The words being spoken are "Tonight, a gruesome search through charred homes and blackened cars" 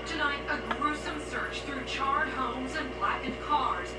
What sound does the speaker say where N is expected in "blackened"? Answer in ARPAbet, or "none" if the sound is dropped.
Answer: none